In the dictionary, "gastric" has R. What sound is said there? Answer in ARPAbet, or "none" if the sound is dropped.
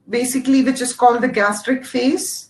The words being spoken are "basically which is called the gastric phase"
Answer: R